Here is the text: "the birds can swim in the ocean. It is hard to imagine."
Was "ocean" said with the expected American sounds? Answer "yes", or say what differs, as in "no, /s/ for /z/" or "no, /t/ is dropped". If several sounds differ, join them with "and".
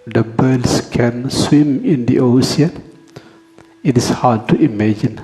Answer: no, /s/ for /ʃ/